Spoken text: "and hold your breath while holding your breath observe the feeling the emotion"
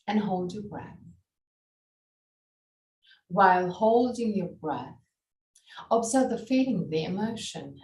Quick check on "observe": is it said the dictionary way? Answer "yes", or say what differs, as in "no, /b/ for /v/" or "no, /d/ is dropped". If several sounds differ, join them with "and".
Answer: yes